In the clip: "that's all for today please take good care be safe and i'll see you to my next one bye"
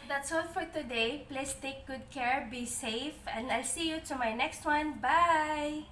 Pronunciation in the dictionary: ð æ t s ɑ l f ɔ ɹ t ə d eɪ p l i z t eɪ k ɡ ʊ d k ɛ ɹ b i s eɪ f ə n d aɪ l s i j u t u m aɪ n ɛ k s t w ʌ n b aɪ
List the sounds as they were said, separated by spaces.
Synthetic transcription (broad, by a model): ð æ t s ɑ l f ɔ ɹ t ə d eɪ p l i s t eɪ k ɡ ʊ d k ɛ ɹ b i s eɪ f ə n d aɪ l s i j u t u m aɪ n ɛ k s t w ʌ n b aɪ